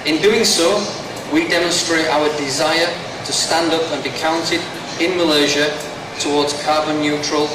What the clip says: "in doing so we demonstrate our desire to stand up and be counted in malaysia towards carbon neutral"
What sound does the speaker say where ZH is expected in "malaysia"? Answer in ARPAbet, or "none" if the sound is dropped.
ZH